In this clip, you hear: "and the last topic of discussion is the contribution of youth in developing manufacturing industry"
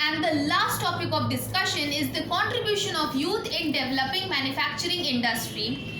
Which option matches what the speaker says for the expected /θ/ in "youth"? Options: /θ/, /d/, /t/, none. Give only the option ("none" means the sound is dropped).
/t/